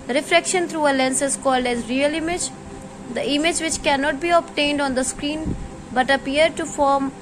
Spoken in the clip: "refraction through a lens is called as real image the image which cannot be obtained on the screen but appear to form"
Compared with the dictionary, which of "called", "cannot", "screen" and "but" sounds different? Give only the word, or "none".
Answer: none